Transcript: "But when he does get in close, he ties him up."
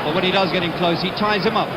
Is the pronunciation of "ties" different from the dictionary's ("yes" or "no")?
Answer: no